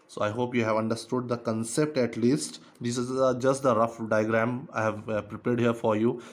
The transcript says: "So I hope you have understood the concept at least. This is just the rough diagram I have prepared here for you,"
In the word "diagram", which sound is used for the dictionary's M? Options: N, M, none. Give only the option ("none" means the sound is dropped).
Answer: M